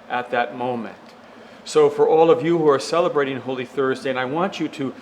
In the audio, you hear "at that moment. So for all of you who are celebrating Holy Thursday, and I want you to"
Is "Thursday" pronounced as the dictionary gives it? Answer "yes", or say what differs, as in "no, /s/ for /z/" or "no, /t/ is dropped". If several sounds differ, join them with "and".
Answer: yes